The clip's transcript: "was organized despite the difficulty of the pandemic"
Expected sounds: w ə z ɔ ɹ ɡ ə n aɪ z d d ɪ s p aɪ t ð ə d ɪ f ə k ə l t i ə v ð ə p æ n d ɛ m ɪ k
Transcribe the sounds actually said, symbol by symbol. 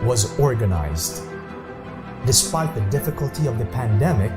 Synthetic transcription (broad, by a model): w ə z ɔ ɹ ɡ ə n aɪ z d d ɪ s p aɪ t ð ə d ɪ f ə k ə l t i ə v ð ə p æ n d ɛ m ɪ k